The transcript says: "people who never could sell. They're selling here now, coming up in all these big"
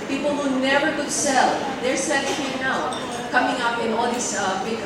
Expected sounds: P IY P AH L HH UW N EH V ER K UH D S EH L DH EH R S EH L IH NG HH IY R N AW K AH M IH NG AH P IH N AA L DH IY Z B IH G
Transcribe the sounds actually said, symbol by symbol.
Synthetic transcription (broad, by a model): P IY P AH L HH UW N EH V ER K UH D S EH L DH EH R S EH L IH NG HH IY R N AW K AH M IH NG AH P IH N AA L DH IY S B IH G